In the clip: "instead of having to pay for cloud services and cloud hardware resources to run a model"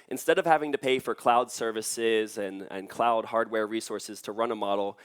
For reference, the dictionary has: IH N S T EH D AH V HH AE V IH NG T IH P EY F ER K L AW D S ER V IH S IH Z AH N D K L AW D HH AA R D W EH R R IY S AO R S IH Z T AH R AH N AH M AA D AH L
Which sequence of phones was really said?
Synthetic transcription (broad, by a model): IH N S T EH D AH V HH AE V IH NG T IH P EY F ER K L AW D S ER V IH S IH Z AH N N K L AW D HH AA R D W EH R R IY S AO R S IH Z T AH R AH N AH M AA D L